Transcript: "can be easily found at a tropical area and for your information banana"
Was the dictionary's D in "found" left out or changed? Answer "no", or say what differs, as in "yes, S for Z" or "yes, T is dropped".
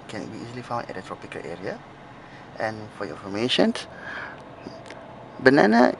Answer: yes, D is dropped